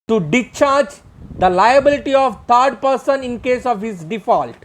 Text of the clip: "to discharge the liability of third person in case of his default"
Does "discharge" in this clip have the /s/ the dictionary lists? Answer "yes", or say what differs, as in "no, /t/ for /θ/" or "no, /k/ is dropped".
no, /s/ is dropped